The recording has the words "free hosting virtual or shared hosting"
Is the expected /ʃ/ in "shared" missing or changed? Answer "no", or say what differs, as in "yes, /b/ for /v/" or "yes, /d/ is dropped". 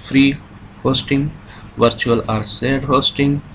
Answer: yes, /s/ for /ʃ/